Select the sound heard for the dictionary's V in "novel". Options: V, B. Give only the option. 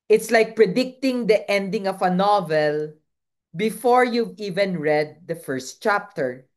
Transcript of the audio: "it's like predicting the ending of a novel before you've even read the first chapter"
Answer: V